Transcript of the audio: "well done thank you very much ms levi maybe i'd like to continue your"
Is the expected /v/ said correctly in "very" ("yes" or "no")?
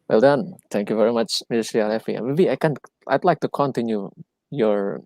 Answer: yes